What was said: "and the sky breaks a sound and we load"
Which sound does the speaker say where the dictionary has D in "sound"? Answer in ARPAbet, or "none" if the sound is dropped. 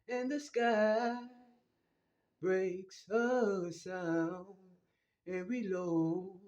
none